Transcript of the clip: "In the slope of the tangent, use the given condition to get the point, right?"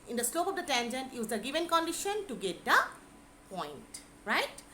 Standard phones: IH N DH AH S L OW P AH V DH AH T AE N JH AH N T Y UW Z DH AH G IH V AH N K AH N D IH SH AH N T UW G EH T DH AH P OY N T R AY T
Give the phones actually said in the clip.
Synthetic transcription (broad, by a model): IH N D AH S L OW P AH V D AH T AE N JH AH N T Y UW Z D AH G IH V AH N K AH N D IH SH AH N T UW G EH T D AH P OY N T R AY T